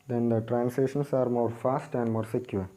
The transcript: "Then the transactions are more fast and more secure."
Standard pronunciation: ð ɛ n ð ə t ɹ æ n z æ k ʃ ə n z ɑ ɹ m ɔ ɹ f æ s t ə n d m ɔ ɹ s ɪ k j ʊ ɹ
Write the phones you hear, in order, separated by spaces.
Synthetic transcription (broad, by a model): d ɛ n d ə t ɹ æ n s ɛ ʃ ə n s ɑ ɹ m ɔ ɹ f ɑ s t ə n d m ɔ ɹ s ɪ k j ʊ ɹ